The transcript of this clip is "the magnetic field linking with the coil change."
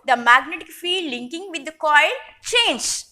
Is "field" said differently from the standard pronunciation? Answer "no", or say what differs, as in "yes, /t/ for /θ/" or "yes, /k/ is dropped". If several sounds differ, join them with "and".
yes, /l/ is dropped